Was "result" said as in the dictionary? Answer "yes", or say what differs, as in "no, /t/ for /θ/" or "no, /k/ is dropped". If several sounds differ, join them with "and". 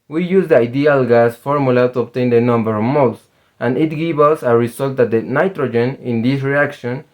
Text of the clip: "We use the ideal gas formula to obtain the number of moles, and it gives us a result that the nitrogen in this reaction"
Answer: no, /s/ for /z/